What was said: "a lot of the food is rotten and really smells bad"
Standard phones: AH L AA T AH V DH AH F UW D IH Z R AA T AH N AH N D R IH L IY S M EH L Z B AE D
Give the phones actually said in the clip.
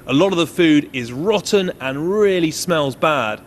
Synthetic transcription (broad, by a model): AH L AA T AH V DH AH F UW D IH Z R AA T N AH N R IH L IY S M EH L Z B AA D